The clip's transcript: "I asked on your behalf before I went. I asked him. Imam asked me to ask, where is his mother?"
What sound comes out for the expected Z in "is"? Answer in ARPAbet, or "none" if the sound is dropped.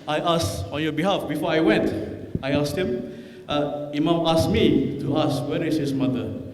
S